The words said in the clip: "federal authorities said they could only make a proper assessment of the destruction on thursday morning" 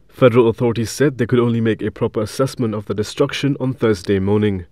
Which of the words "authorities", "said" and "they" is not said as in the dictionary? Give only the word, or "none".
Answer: none